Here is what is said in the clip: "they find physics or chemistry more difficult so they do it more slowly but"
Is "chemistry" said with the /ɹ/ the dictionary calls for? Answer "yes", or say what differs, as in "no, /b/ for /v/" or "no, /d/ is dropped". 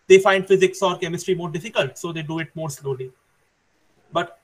yes